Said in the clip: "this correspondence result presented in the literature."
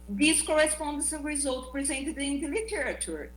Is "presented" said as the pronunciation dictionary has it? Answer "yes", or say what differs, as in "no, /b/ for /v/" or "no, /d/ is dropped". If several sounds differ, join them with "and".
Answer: yes